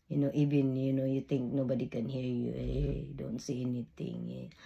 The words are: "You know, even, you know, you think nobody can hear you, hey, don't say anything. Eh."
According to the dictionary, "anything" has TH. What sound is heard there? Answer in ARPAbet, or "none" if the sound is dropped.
T